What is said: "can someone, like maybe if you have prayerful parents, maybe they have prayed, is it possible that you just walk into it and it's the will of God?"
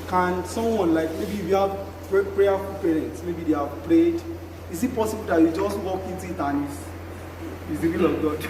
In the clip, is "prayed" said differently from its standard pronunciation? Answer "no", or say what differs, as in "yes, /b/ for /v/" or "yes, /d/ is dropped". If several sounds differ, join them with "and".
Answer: yes, /l/ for /ɹ/